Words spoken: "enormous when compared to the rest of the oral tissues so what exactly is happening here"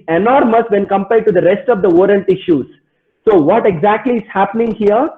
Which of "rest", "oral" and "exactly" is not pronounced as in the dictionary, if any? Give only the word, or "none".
oral